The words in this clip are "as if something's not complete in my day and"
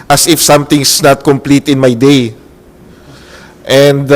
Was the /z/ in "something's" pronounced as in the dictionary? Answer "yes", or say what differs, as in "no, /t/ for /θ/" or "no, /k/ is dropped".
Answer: no, /s/ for /z/